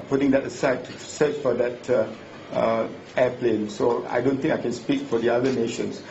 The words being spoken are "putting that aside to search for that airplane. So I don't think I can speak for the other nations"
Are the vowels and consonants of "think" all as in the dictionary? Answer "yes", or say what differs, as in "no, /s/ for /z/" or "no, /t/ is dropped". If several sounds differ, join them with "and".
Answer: no, /t/ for /θ/